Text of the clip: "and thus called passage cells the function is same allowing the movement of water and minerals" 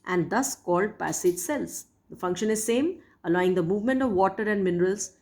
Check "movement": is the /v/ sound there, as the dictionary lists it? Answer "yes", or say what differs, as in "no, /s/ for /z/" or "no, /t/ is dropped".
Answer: yes